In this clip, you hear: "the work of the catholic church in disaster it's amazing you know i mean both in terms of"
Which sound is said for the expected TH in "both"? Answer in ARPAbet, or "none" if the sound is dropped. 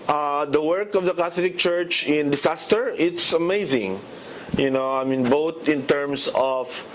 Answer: T